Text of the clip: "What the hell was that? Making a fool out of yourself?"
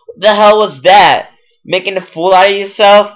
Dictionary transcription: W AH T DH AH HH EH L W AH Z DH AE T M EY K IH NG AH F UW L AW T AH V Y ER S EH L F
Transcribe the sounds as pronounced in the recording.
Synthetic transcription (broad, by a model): DH AH HH EH L W AH Z DH AE T M EY K IH NG AH F UW L AW T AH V Y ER S EH L F